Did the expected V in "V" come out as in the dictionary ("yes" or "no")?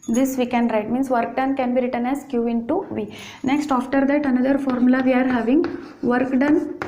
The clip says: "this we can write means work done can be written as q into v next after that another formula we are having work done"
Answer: yes